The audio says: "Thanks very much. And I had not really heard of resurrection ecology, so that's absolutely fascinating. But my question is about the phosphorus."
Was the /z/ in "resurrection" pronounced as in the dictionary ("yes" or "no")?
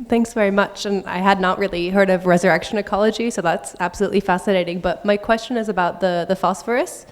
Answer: yes